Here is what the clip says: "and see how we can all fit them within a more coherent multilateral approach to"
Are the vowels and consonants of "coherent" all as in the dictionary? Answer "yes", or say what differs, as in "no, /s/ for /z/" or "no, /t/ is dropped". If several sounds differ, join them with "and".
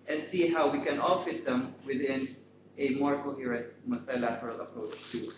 no, /n/ is dropped